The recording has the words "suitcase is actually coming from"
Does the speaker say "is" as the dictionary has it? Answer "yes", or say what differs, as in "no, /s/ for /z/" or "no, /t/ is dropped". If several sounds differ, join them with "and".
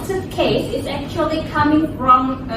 yes